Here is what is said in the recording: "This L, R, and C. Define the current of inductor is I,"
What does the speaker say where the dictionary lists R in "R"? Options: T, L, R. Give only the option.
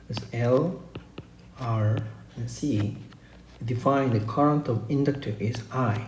R